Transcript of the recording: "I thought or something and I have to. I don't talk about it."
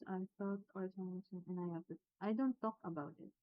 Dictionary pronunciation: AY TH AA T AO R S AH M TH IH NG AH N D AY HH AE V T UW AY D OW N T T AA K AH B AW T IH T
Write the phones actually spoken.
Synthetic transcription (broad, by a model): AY F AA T AO R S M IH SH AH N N AY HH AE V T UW AY D OW N T T AA K AH B AW T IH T